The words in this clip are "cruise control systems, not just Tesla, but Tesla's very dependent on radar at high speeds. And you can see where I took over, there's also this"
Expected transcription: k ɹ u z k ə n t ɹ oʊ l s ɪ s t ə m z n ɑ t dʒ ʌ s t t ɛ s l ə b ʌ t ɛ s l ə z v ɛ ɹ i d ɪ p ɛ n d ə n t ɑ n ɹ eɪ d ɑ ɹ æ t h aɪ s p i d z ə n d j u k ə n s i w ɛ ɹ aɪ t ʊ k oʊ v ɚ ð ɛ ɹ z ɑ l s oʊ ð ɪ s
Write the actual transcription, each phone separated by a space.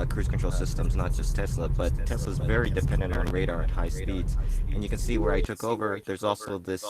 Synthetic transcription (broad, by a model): k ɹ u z k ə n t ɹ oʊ l s ɪ s t ə m z n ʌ t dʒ ʌ s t t ɛ s l ə b ʌ t ɛ s l ə z v ɛ ɹ i d ɪ p ɛ n d ə n t n ɹ eɪ d ɑ ɹ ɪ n h aɪ s p i d z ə n j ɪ k ə n s i w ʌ ɹ aɪ t ʊ k oʊ v ɚ ð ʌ ɹ z ɑ l s oʊ ð ɪ s